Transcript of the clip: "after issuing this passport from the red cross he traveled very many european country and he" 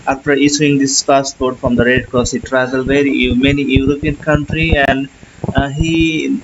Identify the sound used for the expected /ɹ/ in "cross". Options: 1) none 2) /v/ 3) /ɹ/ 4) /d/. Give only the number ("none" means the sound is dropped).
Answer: 1